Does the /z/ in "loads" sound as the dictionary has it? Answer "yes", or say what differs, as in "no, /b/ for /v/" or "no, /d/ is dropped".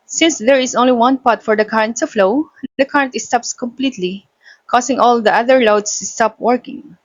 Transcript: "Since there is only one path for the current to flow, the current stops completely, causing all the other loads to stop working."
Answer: no, /s/ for /z/